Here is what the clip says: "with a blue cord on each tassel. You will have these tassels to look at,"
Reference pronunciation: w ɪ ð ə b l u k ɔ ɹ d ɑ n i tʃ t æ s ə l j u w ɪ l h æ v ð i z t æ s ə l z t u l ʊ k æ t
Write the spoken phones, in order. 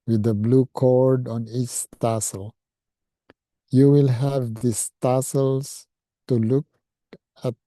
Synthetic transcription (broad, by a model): w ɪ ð ə b l u k ɔ ɹ d ɑ n i tʃ t æ s ə l j u w ɪ l h æ v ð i s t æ s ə l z t u l ʊ k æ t